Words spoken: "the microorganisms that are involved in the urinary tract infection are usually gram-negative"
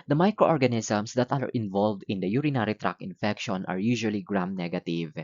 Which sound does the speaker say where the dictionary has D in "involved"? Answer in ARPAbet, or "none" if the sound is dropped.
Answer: D